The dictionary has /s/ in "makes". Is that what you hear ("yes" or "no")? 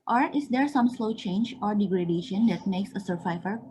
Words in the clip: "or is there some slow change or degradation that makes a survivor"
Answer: yes